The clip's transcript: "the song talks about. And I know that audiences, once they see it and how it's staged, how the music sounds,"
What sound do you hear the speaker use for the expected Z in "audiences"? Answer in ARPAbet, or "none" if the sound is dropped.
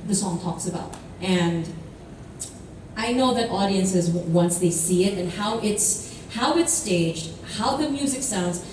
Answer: Z